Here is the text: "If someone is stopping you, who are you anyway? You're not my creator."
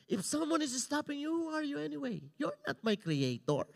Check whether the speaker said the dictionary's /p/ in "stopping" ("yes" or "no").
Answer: yes